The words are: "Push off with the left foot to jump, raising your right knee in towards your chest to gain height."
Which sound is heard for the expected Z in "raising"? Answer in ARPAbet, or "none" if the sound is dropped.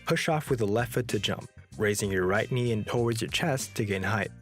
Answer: Z